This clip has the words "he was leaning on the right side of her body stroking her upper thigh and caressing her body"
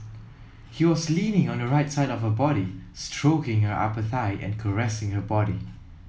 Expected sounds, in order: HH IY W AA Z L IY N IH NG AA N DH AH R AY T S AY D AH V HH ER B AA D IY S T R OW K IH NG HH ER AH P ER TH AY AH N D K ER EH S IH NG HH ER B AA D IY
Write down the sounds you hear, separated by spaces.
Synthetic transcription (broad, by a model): HH IY W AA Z L IY N IH NG AA N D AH R AY T S AY D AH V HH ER B AA D IY S T R OW K IH NG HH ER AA P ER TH AY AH N K ER EH S IH NG HH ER B AA D IY